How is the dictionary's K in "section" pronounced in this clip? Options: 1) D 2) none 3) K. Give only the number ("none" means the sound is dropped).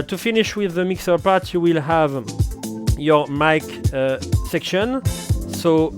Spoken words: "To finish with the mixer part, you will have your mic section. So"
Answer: 3